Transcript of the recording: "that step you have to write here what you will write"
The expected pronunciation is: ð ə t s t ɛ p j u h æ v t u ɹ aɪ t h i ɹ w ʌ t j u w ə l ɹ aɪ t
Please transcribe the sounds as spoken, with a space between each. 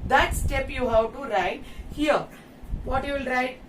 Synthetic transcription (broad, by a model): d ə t s t ɛ p j u h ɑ w t u ɹ aɪ t h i ɹ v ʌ t j u l ɹ aɪ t